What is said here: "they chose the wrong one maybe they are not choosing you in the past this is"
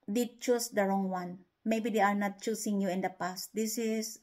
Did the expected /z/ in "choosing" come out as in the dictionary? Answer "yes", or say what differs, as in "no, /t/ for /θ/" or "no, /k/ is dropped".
no, /s/ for /z/